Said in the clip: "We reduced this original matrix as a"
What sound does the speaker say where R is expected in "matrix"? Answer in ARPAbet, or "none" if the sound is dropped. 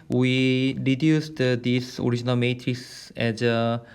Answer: R